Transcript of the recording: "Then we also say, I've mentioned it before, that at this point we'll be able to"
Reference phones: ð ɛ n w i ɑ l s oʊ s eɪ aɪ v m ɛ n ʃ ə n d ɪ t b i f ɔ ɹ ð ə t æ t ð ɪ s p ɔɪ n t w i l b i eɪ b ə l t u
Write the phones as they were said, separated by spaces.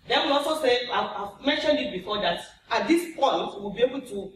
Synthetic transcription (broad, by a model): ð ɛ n w i ɑ l s oʊ s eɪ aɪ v m ɛ n ʃ ə n d ɪ t b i f ɔ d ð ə t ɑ t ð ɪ s p ɔɪ n t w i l b i eɪ b ə l t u